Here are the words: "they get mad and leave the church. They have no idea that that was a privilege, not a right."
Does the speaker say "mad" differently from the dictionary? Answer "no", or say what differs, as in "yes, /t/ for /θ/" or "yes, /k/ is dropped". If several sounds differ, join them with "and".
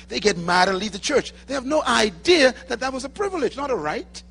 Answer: no